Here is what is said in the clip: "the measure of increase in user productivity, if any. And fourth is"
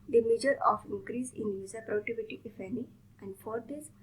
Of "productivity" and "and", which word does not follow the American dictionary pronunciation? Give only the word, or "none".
productivity